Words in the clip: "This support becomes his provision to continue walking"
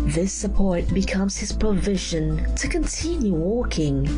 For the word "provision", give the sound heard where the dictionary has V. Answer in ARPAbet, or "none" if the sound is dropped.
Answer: V